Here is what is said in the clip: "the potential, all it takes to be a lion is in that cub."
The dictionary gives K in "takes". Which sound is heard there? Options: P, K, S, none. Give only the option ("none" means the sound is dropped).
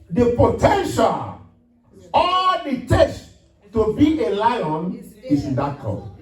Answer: none